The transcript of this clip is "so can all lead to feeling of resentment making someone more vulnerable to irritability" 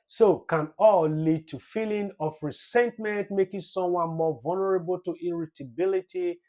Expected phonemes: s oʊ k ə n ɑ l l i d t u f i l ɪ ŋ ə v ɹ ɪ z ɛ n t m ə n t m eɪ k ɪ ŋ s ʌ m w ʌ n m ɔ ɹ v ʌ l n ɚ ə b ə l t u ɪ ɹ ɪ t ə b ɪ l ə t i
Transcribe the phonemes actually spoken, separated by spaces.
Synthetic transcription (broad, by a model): s oʊ k ə n ɑ l l i d t u f i l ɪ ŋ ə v ɹ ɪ s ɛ n t m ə n t m eɪ k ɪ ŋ s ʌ m w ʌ n m ɔ v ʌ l n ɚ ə b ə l t u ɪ ɹ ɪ t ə b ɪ l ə t i